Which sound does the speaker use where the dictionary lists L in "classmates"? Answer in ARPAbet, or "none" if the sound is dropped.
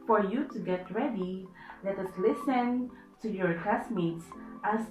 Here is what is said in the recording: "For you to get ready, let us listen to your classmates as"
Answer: none